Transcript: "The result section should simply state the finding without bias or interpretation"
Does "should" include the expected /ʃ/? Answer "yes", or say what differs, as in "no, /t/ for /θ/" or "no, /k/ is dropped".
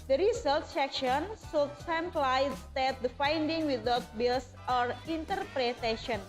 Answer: no, /s/ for /ʃ/